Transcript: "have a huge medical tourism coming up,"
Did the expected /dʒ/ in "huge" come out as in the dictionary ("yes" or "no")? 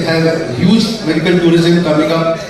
no